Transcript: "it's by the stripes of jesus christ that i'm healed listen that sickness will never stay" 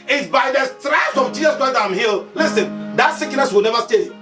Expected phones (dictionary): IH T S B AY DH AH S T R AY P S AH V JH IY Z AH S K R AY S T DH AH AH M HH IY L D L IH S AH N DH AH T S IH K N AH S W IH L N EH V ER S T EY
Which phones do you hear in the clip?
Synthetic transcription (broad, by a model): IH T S B AY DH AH S T R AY S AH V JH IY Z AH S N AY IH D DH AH AH M HH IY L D L IH S AH N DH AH T S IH K N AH S W IH L N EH V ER S T EY